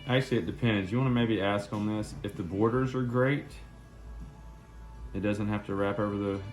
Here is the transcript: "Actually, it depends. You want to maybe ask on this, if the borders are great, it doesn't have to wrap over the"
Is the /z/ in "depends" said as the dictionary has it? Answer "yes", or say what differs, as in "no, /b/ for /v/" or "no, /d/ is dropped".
yes